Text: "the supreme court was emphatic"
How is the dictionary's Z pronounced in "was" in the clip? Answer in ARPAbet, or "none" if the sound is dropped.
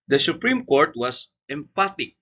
S